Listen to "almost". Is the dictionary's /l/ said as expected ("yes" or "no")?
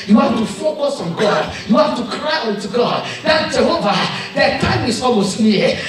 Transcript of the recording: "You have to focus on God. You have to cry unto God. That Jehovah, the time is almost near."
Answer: no